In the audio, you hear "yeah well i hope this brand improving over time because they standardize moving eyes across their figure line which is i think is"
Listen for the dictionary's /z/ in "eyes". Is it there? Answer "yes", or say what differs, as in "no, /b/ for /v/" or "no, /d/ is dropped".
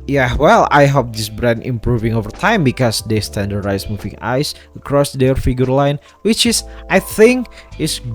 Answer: no, /s/ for /z/